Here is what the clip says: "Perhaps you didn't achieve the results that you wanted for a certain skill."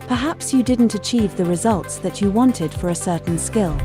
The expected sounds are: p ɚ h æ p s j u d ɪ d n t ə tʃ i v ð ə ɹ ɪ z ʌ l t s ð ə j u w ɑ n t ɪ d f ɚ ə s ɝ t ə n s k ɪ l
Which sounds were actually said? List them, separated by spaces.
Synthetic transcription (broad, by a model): p ɚ h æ p s j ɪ d ɪ d n t ə tʃ i v ð ə ɹ ɪ z ʌ l t s ð ə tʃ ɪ w ɑ n t ɪ d f ɚ ə s ɝ t n s k ɪ l